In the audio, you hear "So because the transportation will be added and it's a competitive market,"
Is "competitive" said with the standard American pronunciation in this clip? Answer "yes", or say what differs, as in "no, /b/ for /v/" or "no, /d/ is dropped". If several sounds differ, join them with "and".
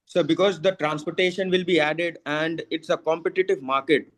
yes